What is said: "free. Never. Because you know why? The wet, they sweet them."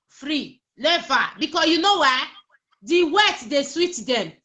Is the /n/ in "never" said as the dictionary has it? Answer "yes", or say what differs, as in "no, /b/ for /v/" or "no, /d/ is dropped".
no, /l/ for /n/